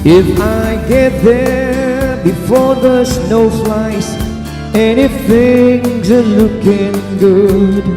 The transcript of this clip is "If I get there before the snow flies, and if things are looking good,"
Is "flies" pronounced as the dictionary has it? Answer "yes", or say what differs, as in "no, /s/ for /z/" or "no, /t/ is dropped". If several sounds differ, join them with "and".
no, /s/ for /z/